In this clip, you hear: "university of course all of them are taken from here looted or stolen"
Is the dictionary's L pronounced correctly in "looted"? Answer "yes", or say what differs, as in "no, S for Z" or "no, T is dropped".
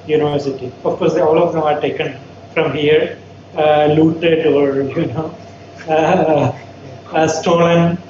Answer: yes